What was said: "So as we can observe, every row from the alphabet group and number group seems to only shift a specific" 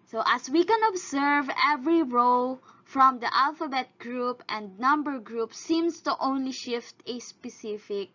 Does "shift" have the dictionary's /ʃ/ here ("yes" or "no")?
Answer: yes